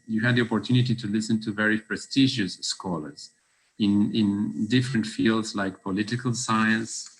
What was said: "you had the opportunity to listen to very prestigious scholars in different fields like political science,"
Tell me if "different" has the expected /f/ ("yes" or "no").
yes